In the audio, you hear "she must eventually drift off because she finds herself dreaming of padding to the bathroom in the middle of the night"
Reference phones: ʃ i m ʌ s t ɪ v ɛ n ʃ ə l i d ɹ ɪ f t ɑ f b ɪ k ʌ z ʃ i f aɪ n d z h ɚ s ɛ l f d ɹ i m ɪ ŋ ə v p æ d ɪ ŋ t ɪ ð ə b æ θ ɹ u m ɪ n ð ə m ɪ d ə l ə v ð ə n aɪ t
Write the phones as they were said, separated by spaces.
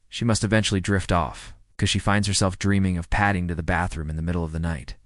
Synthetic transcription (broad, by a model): ʃ i m ʌ s t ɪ v ɛ n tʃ l i d ɹ ɪ f t ɑ f k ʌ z ʃ i f aɪ n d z h ɚ s ɛ l f d ɹ i m ɪ ŋ ə v p æ d ɪ ŋ t ɪ ð ə b æ θ ɹ u m ɪ n ð ə m ɪ d l ə v ð ə n aɪ t